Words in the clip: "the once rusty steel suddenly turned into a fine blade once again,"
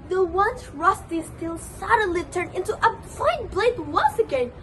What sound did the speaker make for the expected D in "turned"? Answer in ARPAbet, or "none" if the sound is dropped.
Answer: none